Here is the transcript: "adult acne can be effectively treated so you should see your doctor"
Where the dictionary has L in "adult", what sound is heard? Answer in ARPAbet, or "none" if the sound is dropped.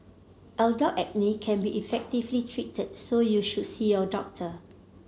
none